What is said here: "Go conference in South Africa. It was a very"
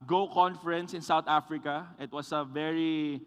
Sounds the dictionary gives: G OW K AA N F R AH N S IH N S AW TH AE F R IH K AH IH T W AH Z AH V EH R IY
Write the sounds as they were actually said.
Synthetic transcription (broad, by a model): G OW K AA N F R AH N S IH N S AW T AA F R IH K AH IH T W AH S AH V EH R IY